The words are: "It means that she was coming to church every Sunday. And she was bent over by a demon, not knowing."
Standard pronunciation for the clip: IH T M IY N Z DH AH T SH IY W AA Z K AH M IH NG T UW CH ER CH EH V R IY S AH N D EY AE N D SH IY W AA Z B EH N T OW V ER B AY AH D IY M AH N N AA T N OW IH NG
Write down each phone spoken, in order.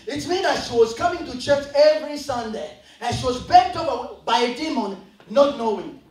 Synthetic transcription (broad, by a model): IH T M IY N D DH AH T SH IY W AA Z K AH M IH NG T UW CH ER CH EH V R IY S AH N D EY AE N SH IY W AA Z B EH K T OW P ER B AY AH D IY M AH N N AA T N OW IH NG